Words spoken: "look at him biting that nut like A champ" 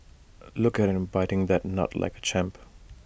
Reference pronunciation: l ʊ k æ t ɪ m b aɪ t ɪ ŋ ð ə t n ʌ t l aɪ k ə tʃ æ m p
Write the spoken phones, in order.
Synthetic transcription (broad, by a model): l ʊ k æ t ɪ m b aɪ t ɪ ŋ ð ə t n ʌ t l aɪ k ə tʃ æ m p